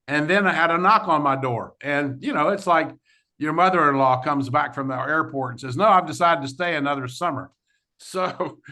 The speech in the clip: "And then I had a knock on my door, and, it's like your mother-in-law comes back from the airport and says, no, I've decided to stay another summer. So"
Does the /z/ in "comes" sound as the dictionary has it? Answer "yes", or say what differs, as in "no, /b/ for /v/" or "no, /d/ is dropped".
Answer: yes